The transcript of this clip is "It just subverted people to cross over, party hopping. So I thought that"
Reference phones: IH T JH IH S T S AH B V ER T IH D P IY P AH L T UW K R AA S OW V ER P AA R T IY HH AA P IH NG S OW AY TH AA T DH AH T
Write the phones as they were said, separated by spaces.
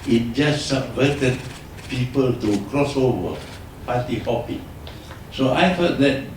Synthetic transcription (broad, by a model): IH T JH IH S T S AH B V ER T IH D P IY P AH L T UW K R AA S OW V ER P AA T IY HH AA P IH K S OW AY F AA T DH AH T